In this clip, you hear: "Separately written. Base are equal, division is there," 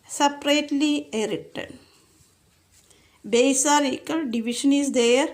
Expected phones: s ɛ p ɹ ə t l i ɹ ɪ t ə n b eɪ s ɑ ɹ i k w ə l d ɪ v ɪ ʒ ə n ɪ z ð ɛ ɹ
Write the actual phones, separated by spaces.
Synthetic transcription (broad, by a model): s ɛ p ɹ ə t l i ɹ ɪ t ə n b eɪ s ɑ ɹ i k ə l d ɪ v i ʃ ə n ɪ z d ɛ ɹ